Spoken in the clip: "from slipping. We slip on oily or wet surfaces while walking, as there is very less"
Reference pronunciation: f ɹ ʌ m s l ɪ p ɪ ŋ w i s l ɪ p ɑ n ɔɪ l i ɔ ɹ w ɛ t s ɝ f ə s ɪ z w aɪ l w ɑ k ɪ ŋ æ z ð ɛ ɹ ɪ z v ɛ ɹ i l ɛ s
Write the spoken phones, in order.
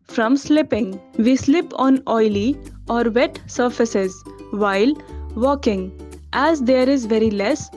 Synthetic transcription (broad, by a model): f ɹ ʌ m s l ɪ p ɪ ŋ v i s l ɪ p ɑ n ɔɪ l i ɔ ɹ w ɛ t s ɝ f ə s ɪ z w aɪ l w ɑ k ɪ ŋ æ z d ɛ ɹ ɪ z v ɛ ɹ i l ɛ s